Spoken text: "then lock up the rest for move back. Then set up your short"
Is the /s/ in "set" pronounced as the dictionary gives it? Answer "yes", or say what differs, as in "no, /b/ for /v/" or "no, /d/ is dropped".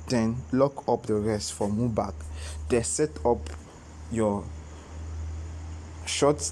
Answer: yes